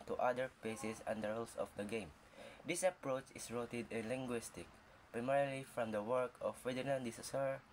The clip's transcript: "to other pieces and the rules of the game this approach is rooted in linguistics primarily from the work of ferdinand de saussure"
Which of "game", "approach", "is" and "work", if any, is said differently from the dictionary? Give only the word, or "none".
is